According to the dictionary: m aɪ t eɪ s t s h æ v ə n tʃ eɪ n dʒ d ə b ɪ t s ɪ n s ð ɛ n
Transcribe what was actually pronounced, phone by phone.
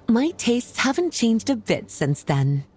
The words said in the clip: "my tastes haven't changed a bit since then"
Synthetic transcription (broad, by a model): m aɪ t eɪ s t s h æ v ə n tʃ eɪ n dʒ d ə b ɪ t s ɪ n s ð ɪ n